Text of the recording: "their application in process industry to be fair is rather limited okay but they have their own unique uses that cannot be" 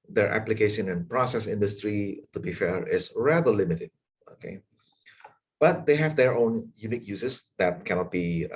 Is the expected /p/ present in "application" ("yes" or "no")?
yes